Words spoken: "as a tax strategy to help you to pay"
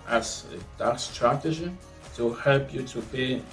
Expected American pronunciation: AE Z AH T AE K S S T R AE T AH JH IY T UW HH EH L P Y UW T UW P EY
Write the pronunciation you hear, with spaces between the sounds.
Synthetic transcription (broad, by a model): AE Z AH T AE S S T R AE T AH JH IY T UW HH EH L P Y UW T UW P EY